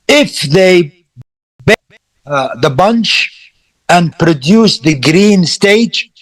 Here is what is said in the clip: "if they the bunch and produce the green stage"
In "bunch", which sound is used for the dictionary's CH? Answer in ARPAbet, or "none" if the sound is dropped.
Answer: CH